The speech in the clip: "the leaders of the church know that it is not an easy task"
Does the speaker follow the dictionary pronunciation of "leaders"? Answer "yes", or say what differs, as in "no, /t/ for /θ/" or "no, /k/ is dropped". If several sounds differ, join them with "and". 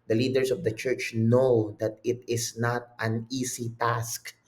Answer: no, /s/ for /z/